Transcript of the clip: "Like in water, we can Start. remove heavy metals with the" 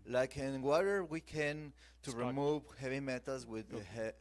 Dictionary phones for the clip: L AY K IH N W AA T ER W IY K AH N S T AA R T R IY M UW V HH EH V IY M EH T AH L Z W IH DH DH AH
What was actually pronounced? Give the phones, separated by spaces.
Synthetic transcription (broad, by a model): L AY K IH N W AA T ER W IY K AH N T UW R R IY M UW V HH EH V IY M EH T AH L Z W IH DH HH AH